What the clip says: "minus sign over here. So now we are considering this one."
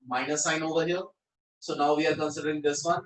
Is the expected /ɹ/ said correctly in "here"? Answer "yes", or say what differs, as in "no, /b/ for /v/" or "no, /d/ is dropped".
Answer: no, /l/ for /ɹ/